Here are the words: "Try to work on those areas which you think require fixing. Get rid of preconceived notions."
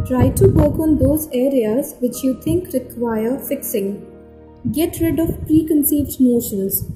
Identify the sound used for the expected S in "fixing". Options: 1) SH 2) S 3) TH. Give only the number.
2